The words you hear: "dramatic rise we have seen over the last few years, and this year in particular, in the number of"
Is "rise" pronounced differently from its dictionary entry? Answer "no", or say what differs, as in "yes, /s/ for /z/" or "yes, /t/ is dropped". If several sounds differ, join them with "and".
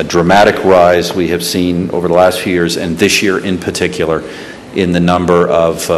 no